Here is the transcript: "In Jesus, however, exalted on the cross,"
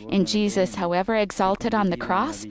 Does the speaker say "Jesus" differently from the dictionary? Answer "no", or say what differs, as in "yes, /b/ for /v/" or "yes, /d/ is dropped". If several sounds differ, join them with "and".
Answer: no